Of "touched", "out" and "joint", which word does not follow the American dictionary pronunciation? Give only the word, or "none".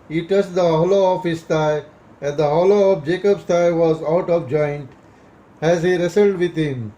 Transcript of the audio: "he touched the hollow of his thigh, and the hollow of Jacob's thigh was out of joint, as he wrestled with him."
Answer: touched